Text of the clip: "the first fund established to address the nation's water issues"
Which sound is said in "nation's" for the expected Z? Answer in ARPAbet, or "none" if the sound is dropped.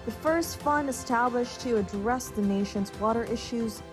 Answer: Z